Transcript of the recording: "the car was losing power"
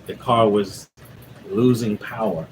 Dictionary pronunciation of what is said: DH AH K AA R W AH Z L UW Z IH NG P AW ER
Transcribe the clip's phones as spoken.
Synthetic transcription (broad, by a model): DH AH K AA R W AH Z L UW Z IH NG P AW ER